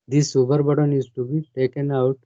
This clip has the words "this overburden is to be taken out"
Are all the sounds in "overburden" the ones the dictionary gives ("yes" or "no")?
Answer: no